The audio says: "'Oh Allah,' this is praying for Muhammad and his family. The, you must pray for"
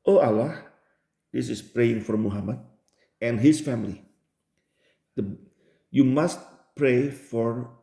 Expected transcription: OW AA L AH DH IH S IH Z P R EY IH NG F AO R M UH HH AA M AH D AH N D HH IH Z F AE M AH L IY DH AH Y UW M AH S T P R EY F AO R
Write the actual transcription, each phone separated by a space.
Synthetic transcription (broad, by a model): OW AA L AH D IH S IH S P R EY IH NG F AO R M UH HH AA M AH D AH N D HH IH S F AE M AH L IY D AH Y UW M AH S T P R EY F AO R